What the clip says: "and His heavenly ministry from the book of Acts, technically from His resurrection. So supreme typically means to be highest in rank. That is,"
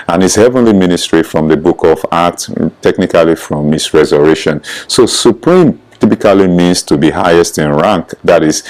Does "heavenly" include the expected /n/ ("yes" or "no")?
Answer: yes